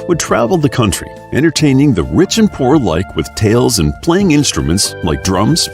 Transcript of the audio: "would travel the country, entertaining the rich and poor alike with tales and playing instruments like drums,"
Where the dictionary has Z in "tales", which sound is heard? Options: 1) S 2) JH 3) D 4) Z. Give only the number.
4